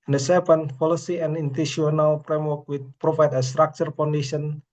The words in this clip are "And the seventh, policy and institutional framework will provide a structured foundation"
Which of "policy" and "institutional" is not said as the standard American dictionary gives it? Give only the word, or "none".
institutional